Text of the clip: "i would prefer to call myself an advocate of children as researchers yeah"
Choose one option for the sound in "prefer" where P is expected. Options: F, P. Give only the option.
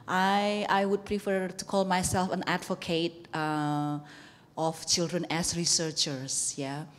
P